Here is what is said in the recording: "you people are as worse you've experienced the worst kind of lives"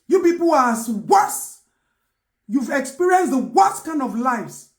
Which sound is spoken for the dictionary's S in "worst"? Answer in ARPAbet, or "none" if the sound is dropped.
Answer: none